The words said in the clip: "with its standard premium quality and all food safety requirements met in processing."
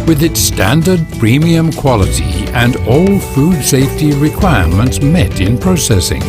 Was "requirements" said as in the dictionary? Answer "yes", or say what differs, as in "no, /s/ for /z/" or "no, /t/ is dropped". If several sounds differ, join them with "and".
yes